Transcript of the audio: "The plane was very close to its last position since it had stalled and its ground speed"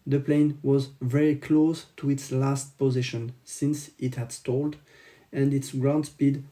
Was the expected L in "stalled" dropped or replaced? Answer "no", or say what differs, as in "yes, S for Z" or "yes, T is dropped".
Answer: no